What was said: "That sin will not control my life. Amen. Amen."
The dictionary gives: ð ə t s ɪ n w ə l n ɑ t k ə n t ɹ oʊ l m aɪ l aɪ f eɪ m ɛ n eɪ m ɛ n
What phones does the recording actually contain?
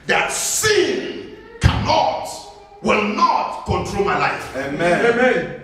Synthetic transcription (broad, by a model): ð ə t s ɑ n w ə l n ɑ t k ə n t ɹ oʊ l m aɪ l aɪ f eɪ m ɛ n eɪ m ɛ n